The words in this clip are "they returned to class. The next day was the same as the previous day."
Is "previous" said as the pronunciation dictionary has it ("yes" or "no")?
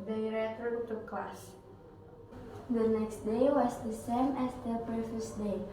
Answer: no